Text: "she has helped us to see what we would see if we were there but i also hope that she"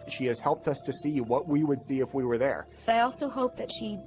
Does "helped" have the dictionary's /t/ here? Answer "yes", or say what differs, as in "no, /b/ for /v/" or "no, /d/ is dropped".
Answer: yes